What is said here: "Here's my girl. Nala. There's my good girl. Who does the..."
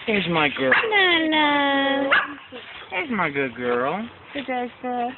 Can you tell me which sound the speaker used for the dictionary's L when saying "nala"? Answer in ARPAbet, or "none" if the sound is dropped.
N